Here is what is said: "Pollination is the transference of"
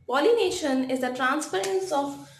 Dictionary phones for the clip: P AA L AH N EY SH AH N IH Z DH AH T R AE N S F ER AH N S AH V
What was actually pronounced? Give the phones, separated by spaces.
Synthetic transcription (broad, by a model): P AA L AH N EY SH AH N IH Z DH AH T R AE N S P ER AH N S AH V